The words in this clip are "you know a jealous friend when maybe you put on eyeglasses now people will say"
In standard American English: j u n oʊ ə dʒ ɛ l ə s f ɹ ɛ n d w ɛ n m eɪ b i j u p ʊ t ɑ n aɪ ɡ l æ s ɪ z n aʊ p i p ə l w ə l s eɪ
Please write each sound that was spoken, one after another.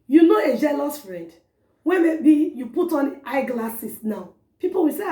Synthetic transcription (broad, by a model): j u n oʊ ə dʒ ɛ l ə s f ɹ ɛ d w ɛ m eɪ b i j u p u t ɑ n aɪ ɡ l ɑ s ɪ s n aʊ p i p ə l w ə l s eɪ